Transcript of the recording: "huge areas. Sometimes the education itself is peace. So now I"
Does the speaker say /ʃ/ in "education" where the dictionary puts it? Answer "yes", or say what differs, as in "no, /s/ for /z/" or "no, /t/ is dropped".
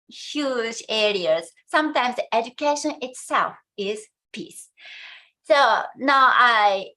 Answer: yes